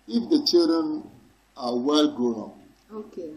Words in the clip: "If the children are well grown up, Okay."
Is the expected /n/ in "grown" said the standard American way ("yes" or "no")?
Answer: no